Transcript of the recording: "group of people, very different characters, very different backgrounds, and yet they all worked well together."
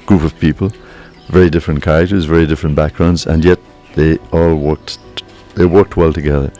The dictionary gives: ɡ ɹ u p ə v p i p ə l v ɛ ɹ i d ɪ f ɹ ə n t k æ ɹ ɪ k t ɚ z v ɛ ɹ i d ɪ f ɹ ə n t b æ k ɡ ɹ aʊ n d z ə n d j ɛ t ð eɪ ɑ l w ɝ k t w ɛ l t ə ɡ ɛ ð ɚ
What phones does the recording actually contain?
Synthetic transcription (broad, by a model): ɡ ɹ u p ə v p i p ə l v ɛ ɹ i d ɪ f ɹ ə n k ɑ ɪ t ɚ z v ɛ ɹ i d ɪ f ɹ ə n b æ k ɡ ɹ aʊ n d z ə n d j ɛ t ð eɪ ɑ l w ɝ k t w ɛ l t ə ɡ ɛ ð ɚ